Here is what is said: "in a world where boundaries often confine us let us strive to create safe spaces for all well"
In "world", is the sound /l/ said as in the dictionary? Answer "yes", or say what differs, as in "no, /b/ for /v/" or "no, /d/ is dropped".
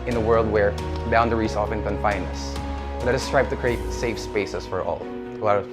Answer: yes